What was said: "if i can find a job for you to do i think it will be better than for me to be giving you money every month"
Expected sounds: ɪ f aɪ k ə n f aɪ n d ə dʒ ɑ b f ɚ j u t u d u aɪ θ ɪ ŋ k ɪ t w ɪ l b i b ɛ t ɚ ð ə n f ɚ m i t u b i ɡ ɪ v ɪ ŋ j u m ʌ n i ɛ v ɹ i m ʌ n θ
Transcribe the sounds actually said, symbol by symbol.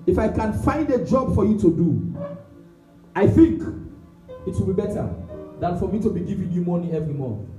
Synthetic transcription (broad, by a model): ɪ f aɪ k ə n f aɪ n d ə dʒ ɑ b f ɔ j u t u d u aɪ θ ɪ ŋ k ɪ t w ɪ l b i b ɛ t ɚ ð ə n f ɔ m i t u b i ɡ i v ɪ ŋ j u m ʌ n i ɛ v ɹ i m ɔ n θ